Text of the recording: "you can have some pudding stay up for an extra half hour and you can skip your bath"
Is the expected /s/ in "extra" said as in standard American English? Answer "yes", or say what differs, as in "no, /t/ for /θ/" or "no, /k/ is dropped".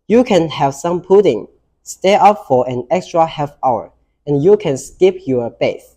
yes